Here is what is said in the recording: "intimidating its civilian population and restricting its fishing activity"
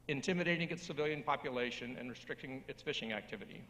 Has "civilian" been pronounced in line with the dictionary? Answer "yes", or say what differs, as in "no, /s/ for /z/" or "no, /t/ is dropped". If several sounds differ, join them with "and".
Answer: yes